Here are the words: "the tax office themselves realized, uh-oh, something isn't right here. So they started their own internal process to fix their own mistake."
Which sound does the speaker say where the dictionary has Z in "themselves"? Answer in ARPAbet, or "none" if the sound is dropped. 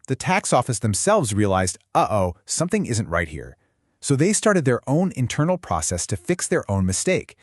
Z